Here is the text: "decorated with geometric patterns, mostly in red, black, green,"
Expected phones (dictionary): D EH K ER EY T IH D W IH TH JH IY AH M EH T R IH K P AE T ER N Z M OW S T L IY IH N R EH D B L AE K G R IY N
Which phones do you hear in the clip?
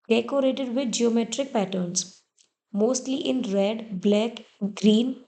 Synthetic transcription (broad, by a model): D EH K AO EY T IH D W IH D JH IY AH M EH T R IH K P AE T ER N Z M OW S T L IY IH N R EH D B L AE K G R IY N